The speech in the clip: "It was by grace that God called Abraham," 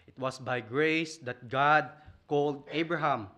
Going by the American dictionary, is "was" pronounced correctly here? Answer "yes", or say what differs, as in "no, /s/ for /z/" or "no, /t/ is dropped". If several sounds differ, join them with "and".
no, /s/ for /z/